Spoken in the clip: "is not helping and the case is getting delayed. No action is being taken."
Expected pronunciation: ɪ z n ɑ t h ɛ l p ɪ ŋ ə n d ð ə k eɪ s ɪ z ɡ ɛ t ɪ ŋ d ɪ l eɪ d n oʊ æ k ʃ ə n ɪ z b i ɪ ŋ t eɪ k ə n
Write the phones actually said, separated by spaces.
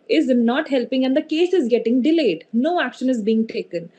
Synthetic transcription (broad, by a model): ɪ z n ɑ t h ɛ l p ɪ ŋ ə n d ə k eɪ s ɪ z ɡ ɛ t ɪ ŋ d ɪ l eɪ d n oʊ æ k ʃ ə n ɪ z b i ɪ ŋ t eɪ k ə n